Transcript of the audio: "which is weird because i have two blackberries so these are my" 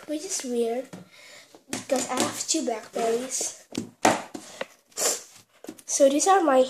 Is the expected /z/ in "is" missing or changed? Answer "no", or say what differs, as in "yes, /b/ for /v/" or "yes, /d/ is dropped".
yes, /s/ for /z/